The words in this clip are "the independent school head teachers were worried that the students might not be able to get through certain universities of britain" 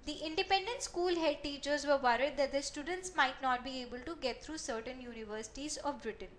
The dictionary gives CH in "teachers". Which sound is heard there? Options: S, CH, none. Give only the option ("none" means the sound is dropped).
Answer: CH